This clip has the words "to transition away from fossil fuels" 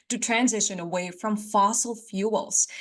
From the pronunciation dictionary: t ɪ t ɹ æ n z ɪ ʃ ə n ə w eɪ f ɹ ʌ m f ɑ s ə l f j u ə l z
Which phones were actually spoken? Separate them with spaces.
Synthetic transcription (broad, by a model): t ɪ t ɹ æ n z ɪ ʃ ə n ə w eɪ f ɹ ʌ m f ɑ s l f j u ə l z